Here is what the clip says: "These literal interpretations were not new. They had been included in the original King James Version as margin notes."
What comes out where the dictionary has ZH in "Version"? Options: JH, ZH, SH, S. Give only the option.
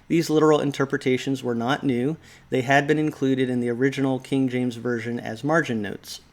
ZH